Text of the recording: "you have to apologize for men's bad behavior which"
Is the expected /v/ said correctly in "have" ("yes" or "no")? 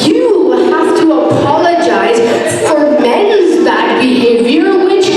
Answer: no